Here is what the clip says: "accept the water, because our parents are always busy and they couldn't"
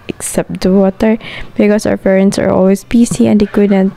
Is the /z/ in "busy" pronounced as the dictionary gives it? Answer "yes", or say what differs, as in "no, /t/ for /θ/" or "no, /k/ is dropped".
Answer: no, /s/ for /z/